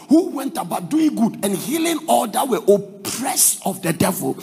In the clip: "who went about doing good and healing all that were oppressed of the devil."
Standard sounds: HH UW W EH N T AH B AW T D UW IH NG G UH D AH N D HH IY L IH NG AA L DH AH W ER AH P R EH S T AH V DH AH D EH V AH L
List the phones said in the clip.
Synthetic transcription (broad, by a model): HH UW W EH N T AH B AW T D UW IH NG G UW D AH N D HH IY L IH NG AA L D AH W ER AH P R EH S AH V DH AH D EH V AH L